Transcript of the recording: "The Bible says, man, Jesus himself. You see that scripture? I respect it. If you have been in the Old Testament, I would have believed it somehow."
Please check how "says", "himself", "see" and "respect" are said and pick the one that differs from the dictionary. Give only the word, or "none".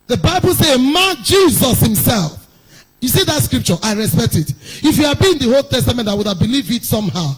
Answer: says